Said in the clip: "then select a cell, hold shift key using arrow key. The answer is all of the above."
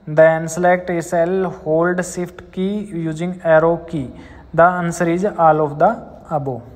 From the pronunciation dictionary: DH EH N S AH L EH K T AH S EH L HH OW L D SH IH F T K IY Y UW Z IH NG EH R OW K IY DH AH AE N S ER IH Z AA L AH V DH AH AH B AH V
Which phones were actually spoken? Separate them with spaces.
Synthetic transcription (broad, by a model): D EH N S AH L EH K T AH S EH L HH OW L D S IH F T K IY Y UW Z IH NG EH R OW K IY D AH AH N S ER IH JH AA L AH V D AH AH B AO